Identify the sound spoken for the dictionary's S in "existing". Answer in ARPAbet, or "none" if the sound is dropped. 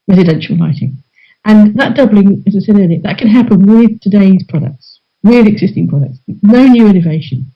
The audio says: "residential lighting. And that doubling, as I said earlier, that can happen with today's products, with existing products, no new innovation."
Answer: S